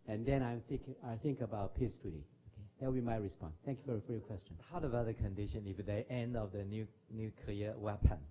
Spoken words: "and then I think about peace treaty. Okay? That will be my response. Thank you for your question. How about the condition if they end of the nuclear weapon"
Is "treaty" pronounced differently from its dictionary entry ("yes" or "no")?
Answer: yes